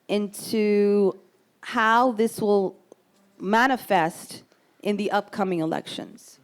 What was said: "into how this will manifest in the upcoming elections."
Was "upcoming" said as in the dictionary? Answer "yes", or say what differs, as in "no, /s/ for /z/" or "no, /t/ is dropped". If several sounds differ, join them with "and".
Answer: yes